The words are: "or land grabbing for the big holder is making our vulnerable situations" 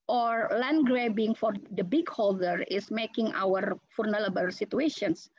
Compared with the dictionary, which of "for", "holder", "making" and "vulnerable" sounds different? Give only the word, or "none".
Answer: vulnerable